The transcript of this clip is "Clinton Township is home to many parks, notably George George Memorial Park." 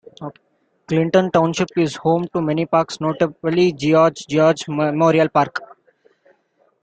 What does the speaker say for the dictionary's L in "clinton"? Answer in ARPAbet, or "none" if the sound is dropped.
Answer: L